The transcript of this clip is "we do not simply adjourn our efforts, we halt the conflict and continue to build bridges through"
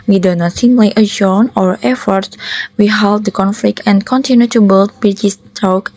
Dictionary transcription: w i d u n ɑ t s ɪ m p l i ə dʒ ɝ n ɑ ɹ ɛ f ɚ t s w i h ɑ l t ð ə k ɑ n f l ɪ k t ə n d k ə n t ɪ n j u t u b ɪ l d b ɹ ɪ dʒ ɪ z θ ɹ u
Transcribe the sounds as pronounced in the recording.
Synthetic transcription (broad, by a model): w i d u n ɑ t s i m l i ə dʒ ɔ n ɑ ɹ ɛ f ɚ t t w i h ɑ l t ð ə k ɑ n f l ɪ k t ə n k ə n t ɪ n j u t u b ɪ l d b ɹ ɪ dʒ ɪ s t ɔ